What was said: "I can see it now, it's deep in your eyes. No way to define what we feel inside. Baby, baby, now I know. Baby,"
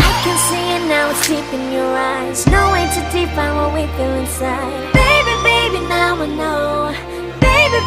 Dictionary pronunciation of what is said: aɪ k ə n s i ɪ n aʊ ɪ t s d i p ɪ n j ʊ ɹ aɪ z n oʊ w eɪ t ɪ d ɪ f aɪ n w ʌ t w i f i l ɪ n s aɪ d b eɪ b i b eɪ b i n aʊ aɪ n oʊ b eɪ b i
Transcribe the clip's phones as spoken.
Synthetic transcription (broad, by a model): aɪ k ə n s i ɪ n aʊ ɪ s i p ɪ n j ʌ ɹ aɪ z n oʊ w eɪ t ɪ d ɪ p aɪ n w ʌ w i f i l ɪ n s aɪ d b eɪ b i b eɪ b i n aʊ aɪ n oʊ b eɪ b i